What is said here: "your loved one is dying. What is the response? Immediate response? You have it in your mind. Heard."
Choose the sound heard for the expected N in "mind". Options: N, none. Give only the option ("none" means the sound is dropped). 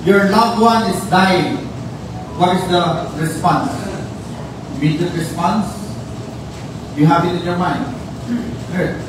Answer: N